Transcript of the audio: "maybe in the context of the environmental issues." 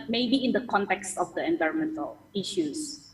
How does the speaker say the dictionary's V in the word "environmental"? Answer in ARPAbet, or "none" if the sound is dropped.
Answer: V